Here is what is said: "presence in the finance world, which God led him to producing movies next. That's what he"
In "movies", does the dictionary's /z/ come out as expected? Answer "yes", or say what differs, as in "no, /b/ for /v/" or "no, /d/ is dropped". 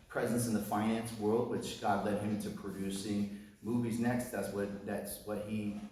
yes